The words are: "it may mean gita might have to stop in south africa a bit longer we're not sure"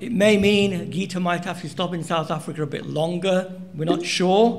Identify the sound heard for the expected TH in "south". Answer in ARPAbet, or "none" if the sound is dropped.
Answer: TH